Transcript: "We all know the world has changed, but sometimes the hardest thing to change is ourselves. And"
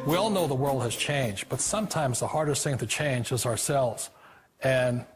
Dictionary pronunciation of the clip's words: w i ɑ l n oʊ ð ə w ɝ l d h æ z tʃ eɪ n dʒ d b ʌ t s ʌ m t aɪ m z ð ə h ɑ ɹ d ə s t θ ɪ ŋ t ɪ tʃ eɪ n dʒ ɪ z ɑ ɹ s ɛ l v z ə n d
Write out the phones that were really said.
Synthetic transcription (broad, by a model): w i ɑ l n oʊ ð ə w ɝ l d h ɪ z tʃ eɪ n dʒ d b ʌ t s ʌ m t aɪ m z ð ə h ɑ ɹ d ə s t θ ɪ ŋ t ɪ tʃ eɪ n dʒ ɪ z ɑ ɹ s ɛ l v z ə n